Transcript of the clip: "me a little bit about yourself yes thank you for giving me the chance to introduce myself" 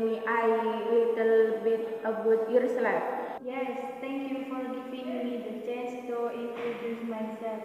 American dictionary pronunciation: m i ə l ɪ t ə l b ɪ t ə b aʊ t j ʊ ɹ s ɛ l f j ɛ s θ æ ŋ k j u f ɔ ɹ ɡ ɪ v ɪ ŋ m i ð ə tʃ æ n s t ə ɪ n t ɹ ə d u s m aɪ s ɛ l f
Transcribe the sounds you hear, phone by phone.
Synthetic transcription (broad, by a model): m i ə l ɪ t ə l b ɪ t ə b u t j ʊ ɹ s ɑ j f j ɛ s t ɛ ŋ k j u f ɔ ɹ ɡ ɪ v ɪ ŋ m i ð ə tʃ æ n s t ə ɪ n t ɹ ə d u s m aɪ s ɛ l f